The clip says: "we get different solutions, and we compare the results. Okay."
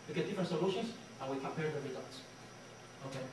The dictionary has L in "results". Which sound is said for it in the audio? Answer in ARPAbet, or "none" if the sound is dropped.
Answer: none